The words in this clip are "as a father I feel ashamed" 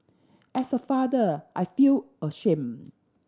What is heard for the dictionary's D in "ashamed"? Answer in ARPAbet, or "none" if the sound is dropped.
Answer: none